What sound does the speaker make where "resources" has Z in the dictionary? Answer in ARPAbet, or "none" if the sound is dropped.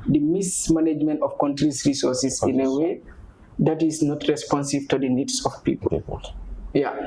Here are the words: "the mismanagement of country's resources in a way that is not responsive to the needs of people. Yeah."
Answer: S